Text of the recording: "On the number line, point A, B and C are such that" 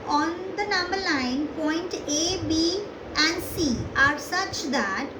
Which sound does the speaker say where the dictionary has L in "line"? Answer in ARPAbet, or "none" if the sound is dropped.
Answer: N